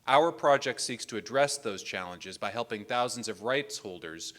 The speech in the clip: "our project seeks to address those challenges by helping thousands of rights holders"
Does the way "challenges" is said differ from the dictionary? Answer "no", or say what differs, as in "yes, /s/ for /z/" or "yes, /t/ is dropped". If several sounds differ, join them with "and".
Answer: no